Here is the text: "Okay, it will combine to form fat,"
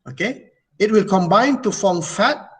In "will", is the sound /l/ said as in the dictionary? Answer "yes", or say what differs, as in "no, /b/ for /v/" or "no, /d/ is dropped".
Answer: yes